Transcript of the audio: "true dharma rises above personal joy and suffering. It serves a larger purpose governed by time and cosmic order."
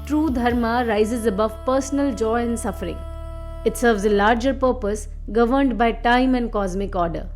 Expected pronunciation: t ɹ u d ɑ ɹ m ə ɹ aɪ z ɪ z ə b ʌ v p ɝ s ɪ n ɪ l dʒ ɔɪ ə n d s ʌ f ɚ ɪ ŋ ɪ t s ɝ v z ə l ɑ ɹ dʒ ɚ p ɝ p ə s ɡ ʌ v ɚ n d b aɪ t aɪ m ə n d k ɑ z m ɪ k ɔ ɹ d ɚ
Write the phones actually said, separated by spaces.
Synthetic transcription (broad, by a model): t ɹ u d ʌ ɹ m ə ɹ aɪ z ɪ z ə b ʌ v p ɝ s ɪ n ɪ l dʒ ɔɪ ə n d s ʌ f ɚ ɪ ŋ ɪ t s ɝ v z ə l ɑ ɹ dʒ ɚ p ɝ p ə s ɡ ʌ v ɚ n d b aɪ t aɪ m ə n d k ɑ z m ɪ k ɔ ɹ d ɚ